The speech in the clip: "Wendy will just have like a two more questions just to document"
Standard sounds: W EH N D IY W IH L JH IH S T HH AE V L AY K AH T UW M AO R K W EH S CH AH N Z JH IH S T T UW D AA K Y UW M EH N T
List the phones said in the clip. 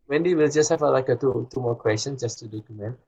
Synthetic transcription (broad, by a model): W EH N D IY W IH L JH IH S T HH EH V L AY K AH T UW M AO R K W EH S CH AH N JH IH S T T UW D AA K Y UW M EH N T